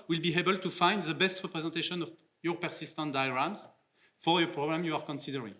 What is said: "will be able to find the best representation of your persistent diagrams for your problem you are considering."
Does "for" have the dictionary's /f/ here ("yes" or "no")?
yes